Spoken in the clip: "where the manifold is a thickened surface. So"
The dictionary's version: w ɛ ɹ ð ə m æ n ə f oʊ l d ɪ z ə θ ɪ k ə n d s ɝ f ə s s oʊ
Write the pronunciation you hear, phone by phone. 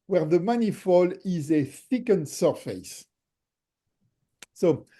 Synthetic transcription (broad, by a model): w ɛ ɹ ð ə m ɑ n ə f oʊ l ɪ z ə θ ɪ k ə n s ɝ f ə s s oʊ